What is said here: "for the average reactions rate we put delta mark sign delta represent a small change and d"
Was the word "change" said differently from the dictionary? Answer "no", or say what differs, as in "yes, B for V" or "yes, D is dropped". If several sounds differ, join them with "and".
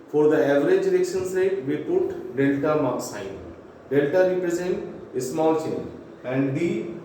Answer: yes, JH is dropped